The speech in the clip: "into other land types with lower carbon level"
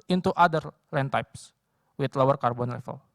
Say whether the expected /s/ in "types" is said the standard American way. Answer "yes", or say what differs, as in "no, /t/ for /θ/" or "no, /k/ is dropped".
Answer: yes